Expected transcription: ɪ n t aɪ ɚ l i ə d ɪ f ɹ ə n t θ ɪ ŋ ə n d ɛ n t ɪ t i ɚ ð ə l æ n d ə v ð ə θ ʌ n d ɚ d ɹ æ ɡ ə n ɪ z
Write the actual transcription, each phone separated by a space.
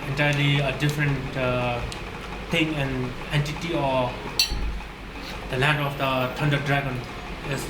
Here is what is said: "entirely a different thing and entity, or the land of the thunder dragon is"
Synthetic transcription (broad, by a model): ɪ n t aɪ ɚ l i ə d ɪ f ɹ ə n t t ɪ ŋ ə n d ɛ n t ɪ t i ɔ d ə l æ n d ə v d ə t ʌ n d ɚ d ɹ æ ɡ ə n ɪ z